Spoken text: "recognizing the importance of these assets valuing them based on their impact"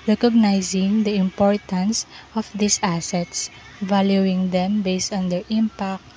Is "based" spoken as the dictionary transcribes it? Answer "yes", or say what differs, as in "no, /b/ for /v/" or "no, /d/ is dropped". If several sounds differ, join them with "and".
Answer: yes